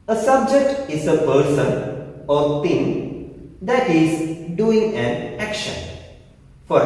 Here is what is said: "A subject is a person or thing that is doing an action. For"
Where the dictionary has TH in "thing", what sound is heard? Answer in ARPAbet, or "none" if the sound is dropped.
T